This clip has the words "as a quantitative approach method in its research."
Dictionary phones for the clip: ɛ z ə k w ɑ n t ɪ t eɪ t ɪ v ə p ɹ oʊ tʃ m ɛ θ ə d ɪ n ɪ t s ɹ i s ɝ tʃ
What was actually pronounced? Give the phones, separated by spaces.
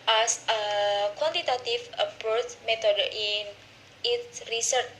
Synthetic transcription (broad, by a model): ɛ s ə k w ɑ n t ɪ t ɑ t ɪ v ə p oʊ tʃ m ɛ t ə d ɪ n ɪ t s ɹ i s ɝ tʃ